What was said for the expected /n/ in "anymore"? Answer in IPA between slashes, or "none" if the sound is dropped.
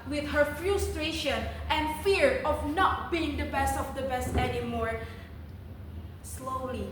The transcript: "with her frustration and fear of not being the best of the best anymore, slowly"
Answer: /n/